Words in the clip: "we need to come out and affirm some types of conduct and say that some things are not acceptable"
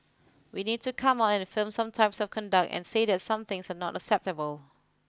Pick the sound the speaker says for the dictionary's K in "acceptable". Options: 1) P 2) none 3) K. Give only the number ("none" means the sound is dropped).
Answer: 3